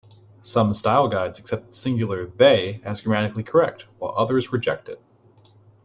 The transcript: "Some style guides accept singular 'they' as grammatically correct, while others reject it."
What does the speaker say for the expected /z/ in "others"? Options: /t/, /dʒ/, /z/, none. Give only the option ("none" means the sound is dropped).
/z/